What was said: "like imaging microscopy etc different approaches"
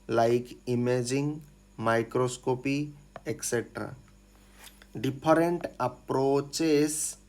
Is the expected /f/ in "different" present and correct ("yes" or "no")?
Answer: no